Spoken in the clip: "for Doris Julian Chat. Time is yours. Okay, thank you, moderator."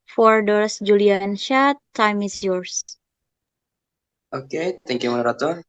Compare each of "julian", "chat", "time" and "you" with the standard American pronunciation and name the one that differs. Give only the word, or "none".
chat